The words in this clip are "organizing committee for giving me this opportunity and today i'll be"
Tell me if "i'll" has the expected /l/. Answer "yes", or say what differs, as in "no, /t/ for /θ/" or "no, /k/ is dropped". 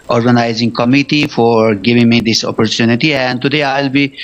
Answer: yes